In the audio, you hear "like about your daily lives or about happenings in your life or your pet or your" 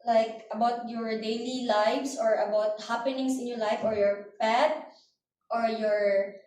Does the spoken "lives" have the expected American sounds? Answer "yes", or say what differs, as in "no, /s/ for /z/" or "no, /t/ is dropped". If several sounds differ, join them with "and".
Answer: no, /s/ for /z/